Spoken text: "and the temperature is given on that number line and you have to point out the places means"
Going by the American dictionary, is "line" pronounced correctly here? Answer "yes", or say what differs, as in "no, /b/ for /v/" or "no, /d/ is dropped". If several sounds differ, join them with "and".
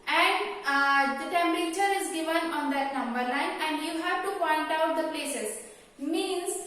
no, /n/ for /l/